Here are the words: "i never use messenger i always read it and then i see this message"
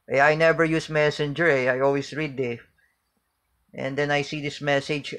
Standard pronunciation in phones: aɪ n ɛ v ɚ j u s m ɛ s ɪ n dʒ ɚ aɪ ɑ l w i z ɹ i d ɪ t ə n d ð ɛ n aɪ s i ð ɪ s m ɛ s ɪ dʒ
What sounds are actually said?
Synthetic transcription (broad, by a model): aɪ n ɛ v ɚ j u s m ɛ s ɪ n dʒ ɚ aɪ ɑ l w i s ɹ i d ɪ t ə n d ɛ n aɪ s i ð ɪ s m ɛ s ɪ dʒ